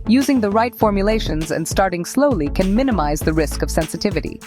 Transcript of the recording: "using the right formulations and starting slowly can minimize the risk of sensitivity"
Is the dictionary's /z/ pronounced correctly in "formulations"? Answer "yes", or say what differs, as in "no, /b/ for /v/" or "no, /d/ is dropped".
yes